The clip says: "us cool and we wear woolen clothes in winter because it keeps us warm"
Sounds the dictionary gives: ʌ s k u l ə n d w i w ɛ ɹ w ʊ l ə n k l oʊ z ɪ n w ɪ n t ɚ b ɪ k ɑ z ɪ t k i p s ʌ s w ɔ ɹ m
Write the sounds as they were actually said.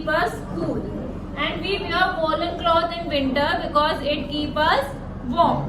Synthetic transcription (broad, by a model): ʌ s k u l ə n d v i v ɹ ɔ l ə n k l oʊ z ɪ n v ɪ n t ɚ b ɪ k ɑ z ɪ t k i p ʌ s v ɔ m